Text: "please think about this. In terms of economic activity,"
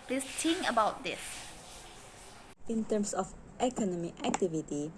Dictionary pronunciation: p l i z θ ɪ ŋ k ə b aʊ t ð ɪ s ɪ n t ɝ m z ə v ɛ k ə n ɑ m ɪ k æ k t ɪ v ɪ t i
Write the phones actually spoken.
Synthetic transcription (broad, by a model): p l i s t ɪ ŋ ə b aʊ t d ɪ s ɪ n t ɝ m s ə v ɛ k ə n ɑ m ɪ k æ k t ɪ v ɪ t i